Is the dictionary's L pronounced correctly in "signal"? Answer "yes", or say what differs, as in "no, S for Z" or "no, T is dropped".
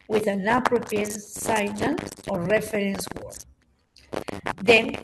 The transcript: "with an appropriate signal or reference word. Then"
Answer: no, N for L